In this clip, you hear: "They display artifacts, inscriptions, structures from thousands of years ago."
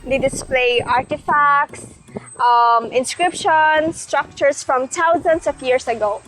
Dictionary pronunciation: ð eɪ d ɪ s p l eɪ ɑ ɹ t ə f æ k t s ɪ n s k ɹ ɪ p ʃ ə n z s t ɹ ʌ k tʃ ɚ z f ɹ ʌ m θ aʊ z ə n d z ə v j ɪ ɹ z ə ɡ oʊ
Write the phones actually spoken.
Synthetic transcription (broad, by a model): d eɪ d ɪ s p l eɪ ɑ ɹ t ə f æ k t s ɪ n s k ɹ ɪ p ʃ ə n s t ɹ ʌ k tʃ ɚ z f ɹ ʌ m t aʊ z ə n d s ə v j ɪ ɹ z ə ɡ oʊ